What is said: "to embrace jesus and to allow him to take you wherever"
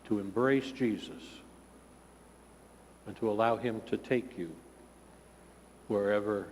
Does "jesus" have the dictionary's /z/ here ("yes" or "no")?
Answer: yes